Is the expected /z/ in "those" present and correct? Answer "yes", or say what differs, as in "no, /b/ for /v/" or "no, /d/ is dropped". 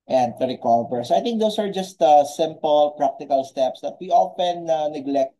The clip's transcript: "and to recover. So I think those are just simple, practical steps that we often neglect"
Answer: no, /s/ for /z/